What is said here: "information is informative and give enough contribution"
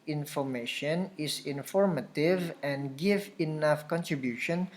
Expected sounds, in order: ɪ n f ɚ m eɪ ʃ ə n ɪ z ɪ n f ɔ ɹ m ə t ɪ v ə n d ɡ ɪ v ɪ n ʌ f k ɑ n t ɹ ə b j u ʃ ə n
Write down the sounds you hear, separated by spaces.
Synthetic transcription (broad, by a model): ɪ n f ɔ m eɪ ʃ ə n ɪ s ɪ n f ɔ ɹ m ə t ɪ v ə n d ɡ ɪ v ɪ n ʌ f k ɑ n t ɹ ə b j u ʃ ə n